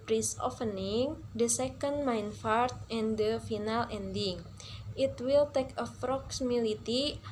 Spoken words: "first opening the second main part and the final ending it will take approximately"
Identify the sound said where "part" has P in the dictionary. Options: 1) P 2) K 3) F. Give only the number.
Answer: 3